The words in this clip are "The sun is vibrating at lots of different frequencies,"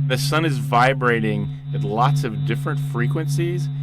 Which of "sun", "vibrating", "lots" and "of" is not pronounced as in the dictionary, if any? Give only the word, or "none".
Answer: none